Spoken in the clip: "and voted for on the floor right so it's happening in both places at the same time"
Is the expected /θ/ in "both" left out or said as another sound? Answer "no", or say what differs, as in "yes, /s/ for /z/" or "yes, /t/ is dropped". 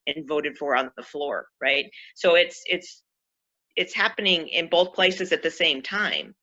no